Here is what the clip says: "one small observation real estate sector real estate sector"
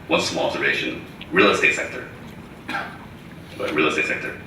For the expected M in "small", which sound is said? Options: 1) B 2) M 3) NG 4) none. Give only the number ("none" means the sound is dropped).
4